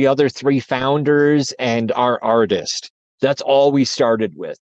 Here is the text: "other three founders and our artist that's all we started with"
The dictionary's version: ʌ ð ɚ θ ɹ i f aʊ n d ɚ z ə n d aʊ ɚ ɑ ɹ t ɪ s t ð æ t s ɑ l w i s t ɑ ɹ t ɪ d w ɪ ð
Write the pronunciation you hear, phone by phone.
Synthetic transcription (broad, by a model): ʌ ð ɚ θ ɹ i f aʊ n d ɚ z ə n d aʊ ɚ ɑ ɹ t ɪ s t ð æ t s ɑ l w i s t ɑ ɹ t ɪ d w ɪ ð